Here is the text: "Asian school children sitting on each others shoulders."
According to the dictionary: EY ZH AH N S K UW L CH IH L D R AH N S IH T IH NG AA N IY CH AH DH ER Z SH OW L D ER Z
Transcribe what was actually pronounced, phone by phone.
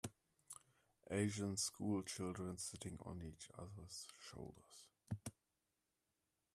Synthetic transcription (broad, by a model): EY ZH AH N S K UW L CH IH L D R AH N S IH T IH NG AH N IY CH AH DH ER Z SH OW L D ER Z